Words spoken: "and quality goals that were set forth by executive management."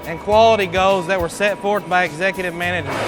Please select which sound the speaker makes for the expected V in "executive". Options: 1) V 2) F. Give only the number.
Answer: 1